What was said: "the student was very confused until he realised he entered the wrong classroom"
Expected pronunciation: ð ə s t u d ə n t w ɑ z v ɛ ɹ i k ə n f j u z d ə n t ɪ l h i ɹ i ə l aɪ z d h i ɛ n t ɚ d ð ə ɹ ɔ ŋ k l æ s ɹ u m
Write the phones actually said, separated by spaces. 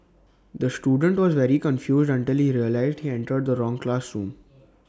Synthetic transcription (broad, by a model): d ə s t u d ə n t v ɑ z v ɛ ɹ i k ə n f j u z d ə n t ɪ l h i ɹ i ə l aɪ z d h i ɛ n t ɚ d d ə ɹ ɔ ŋ k l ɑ s ɹ u m